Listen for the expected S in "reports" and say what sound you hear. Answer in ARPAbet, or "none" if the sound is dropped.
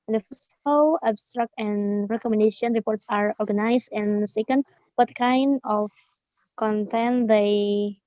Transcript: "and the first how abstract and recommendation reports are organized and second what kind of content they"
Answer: S